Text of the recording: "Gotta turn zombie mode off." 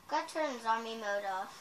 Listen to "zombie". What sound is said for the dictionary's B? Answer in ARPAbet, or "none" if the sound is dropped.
none